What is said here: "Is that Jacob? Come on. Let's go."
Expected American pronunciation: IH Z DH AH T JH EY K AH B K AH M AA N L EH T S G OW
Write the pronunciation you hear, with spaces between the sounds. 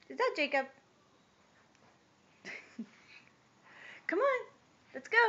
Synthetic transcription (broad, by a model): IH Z DH AH T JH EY K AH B K AH M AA N L EH T S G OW